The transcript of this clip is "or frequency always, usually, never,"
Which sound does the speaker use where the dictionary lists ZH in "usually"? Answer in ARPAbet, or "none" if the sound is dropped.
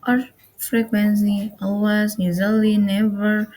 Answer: Z